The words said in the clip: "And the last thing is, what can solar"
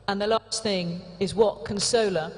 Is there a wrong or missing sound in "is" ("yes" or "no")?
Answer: no